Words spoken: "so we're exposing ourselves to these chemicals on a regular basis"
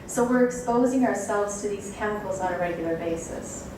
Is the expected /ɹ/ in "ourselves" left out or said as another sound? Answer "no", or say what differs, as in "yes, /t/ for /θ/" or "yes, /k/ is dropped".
no